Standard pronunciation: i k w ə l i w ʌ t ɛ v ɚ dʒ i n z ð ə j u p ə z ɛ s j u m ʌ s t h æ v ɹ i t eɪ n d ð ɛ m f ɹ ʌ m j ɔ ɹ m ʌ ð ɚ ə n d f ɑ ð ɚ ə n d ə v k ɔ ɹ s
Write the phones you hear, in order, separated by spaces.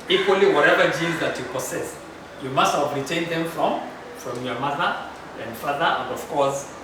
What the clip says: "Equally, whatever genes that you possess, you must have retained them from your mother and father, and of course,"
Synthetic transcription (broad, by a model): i k w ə l i w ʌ t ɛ v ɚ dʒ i z ð ə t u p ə s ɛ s j u m ʌ s t h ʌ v ɹ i t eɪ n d ð ɛ m f ɹ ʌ m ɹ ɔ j m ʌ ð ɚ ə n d f ɑ ð ɚ ə n d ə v k ɔ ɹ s